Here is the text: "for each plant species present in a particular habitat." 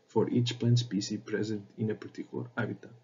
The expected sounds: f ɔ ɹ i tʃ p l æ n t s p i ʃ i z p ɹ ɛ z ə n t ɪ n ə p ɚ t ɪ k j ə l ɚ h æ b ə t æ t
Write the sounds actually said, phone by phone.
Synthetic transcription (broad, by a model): f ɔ ɹ i tʃ p l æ n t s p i s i p ɹ ɛ z ə n t ɪ n ə p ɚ t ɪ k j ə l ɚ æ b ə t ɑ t